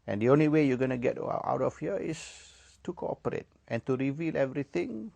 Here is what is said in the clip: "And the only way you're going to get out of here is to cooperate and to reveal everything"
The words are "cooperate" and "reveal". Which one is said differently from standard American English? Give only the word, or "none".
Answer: none